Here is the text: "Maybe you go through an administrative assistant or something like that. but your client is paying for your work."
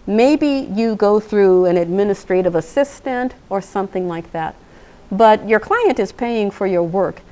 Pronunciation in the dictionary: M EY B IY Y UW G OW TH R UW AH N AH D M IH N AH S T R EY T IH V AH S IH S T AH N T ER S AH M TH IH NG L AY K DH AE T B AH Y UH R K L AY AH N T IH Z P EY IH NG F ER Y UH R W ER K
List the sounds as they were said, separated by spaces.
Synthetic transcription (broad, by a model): M EY B IY Y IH G OW TH R UW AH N AH D M IH N AH S T R EY T IH V AH S IH S T AH N T ER S AH M TH IH NG L AY K DH AE T B AH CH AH R K L AY AH N T IH Z P EY IH NG F ER Y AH R W ER K